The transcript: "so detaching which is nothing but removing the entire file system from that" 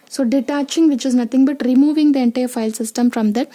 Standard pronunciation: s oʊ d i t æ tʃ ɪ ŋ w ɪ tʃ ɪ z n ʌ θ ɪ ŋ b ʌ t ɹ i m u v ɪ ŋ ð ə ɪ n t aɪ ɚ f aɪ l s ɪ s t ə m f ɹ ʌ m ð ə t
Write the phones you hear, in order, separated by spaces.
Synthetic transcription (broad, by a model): s oʊ d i t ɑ tʃ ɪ ŋ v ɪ tʃ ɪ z n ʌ t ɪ ŋ b ʌ t ɹ i m u v ɪ ŋ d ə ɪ n t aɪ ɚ f aɪ l s ɪ s t ə m f ɹ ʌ m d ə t